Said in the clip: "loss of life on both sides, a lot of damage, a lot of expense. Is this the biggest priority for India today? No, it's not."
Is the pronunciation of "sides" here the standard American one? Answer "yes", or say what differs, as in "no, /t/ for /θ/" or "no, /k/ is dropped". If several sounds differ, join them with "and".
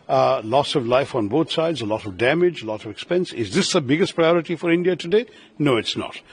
yes